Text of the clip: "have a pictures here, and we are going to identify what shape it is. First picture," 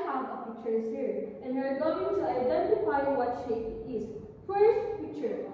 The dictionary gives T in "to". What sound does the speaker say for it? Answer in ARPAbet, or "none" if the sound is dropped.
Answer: S